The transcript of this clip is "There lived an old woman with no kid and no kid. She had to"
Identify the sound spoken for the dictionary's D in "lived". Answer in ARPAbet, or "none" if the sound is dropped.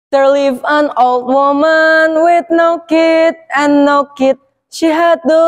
none